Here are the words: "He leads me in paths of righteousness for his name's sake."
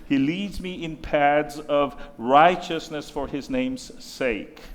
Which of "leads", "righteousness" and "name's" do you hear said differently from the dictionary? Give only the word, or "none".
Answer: none